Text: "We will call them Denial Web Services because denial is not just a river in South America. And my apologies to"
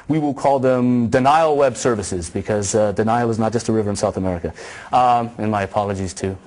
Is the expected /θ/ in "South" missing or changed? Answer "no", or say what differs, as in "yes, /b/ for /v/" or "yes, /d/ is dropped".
no